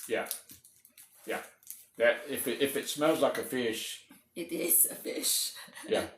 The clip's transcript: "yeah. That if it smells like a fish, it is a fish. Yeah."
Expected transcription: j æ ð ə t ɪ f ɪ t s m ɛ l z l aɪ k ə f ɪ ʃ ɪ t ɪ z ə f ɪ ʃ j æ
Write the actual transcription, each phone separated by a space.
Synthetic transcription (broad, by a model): j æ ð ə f ɪ f ɪ t s m ɛ l z l aɪ k ə f ɪ ʃ ɪ t ɪ z ə f ɪ ʃ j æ